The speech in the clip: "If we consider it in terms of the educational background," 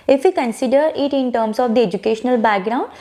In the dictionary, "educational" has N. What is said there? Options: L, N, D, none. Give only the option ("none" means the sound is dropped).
N